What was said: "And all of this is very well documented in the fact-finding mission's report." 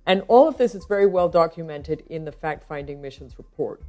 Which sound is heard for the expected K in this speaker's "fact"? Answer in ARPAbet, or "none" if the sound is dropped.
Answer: K